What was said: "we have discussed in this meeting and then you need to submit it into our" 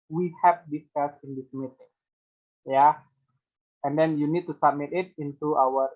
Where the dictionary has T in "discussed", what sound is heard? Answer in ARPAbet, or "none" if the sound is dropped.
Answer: none